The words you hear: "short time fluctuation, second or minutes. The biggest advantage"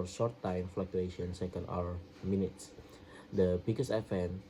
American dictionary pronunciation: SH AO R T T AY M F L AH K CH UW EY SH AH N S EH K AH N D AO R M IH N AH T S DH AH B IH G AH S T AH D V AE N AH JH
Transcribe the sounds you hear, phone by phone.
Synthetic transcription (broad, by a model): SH AO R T T AY M F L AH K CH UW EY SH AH N S EH K AH N D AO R M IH N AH T S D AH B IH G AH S AH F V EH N